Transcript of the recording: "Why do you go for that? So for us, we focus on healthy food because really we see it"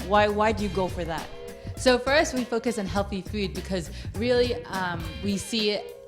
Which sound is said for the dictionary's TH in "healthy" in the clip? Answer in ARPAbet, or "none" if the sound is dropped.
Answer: TH